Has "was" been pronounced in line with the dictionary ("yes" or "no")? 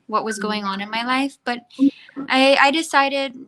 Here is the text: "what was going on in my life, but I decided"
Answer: yes